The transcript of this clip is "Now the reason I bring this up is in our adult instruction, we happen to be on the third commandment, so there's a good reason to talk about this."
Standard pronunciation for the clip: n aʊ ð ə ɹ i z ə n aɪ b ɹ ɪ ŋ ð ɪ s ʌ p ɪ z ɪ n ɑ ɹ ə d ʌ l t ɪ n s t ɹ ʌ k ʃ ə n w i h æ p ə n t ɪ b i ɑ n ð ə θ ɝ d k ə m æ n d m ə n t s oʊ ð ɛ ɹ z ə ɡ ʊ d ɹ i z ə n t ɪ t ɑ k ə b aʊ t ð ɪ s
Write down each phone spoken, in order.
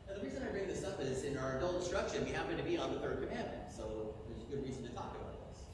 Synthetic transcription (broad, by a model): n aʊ ð ə ɹ i z ə n aɪ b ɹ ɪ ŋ ð ɪ s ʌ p ɪ z ɪ n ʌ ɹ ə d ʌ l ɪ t s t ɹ ʌ k ʃ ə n w i h æ p ə n t ɪ b i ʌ n ð ə θ ɝ d k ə m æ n m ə n t s oʊ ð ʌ ɹ z ə ɡ ʊ d ɹ i z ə n t ɪ t ɑ k ə b aʊ t ð ɪ s